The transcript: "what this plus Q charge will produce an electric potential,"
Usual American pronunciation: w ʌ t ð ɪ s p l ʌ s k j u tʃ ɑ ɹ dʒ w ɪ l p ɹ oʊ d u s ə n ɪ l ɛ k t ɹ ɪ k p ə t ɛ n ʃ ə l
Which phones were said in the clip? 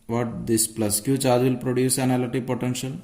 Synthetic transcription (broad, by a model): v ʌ t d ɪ s p l ʌ s k j u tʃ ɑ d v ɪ l p ɹ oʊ d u s ə n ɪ l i t ɪ p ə t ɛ n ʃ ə l